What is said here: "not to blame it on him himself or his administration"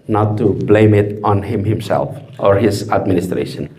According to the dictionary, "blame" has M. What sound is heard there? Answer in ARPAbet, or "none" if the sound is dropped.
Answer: M